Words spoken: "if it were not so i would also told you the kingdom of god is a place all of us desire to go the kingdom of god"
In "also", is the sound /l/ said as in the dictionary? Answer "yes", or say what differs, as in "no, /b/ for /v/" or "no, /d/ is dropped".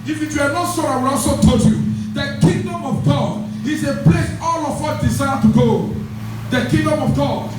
no, /l/ is dropped